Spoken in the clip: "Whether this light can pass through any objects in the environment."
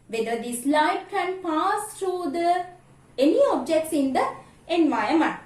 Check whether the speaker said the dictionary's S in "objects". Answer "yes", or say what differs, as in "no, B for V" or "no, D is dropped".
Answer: yes